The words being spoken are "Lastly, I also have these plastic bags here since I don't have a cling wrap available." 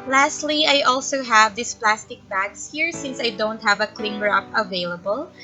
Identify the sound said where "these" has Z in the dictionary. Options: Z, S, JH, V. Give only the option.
S